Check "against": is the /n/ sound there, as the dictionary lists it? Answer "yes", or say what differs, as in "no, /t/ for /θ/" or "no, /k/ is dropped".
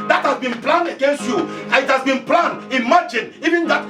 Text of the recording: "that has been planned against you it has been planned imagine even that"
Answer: yes